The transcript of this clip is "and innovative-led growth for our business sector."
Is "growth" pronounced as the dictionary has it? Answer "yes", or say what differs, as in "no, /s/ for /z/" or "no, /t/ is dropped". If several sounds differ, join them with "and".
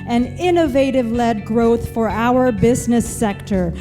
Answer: yes